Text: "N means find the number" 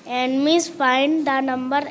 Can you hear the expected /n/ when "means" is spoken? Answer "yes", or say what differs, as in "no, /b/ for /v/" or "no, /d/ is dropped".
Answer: no, /n/ is dropped